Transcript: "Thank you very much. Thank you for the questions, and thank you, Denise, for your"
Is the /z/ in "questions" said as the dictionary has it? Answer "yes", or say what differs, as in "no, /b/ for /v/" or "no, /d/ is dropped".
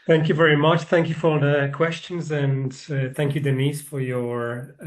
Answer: yes